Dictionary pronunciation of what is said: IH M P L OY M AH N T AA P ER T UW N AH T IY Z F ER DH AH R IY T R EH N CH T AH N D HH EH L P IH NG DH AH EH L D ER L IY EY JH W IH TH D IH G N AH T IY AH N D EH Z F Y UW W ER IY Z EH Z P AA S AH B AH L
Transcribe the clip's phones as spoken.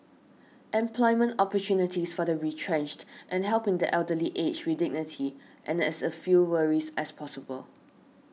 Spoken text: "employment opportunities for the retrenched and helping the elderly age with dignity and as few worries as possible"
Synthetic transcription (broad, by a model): IH M P L OY M AH N T AA P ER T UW N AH T IY S F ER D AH R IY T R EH N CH T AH N HH EH L P IH NG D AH EH L D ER L IY EY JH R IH D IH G N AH T IY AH N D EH S F Y UW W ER IY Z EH S P AA S AH B AH L